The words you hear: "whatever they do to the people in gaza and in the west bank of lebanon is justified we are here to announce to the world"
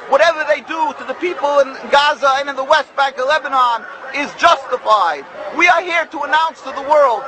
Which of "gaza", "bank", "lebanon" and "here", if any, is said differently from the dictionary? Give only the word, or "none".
none